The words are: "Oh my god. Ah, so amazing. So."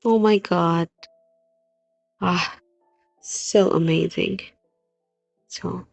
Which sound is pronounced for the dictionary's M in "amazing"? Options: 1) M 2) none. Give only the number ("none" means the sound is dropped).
1